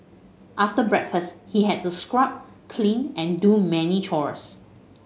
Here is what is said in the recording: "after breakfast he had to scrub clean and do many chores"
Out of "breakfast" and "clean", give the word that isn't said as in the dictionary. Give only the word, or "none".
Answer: none